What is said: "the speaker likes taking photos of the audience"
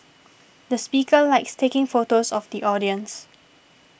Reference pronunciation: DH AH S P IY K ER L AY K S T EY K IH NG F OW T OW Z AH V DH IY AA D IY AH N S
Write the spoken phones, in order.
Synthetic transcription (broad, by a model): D AH S P IY K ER L AY K S T EY K IH NG F OW T OW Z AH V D IY AA D IY AH N S